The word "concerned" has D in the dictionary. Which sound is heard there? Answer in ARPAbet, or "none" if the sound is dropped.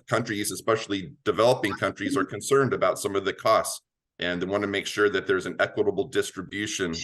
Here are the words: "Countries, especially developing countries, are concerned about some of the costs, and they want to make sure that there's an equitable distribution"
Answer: D